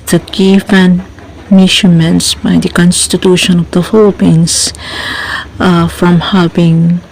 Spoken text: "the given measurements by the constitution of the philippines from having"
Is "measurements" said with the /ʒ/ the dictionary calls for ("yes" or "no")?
no